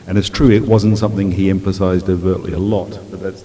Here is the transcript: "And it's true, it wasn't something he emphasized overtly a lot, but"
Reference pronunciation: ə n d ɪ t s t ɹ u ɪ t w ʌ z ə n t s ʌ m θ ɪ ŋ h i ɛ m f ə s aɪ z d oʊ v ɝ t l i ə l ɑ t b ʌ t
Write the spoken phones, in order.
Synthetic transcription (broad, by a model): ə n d ɪ t s t ɹ u ɪ t w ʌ z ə n t s ʌ m θ ɪ ŋ i ɛ m f ə s aɪ z d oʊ v ɝ t l i ə l ɑ t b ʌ t